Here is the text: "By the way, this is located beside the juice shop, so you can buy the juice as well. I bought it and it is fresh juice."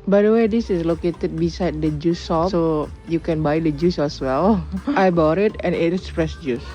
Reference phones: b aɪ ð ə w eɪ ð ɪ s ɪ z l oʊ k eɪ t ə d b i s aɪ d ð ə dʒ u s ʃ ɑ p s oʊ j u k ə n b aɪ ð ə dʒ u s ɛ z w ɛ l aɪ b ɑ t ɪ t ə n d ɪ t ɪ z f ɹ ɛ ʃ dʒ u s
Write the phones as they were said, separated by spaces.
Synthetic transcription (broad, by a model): b aɪ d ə w eɪ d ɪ s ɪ s l oʊ k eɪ t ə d b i s aɪ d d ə dʒ u s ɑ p s oʊ j u k ə n b aɪ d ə dʒ u s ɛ s w ɛ l aɪ b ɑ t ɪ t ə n ɪ t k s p ɹ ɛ s dʒ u s